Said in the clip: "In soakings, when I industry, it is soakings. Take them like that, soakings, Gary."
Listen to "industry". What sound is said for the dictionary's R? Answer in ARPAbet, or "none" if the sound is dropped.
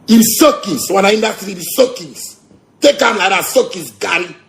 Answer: none